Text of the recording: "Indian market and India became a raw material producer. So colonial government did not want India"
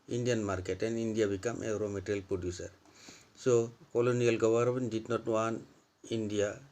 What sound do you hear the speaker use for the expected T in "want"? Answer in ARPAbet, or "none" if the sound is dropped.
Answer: none